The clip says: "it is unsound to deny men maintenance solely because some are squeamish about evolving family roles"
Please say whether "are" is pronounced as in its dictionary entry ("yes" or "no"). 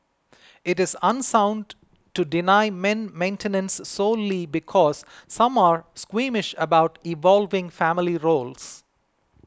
yes